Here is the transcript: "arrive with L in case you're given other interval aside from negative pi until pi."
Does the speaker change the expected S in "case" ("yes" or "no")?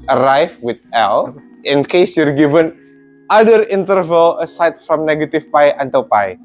no